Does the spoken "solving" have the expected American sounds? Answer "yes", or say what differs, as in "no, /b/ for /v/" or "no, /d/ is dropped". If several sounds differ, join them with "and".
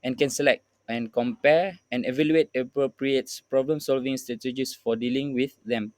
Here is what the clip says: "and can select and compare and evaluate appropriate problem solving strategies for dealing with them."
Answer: yes